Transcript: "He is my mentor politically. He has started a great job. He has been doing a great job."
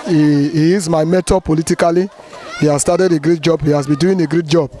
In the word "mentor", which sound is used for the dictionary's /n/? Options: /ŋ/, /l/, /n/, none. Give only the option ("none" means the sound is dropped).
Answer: none